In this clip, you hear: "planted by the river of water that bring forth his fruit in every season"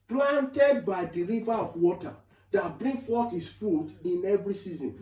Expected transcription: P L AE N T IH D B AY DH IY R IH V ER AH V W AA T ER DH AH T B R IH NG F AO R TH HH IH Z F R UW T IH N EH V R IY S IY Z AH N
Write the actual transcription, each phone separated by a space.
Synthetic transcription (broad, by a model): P L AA N T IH D B AY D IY R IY V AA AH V W AA T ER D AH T B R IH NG F AO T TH HH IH S F UW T IH N EH V R IY S IY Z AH N